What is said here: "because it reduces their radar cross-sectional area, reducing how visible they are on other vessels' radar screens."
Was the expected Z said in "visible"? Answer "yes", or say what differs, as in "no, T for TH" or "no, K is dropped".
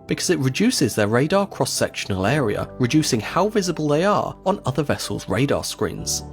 yes